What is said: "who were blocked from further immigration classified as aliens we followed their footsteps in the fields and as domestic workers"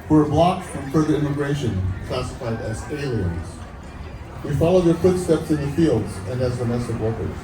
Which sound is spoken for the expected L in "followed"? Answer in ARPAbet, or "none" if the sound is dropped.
L